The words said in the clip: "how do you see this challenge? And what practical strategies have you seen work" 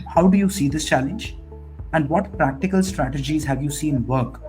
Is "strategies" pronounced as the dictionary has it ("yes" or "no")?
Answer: yes